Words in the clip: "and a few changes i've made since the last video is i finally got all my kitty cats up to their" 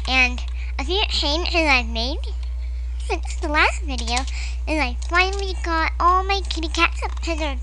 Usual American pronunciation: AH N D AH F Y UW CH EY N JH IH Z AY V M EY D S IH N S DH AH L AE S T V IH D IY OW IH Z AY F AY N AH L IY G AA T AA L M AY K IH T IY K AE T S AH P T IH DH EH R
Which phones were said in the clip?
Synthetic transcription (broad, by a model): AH N AH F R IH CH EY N IH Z AY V M EY D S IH S DH AH L AE S T V IH D IY OW IH Z AY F AY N L IY G AA T AA L M AY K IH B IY K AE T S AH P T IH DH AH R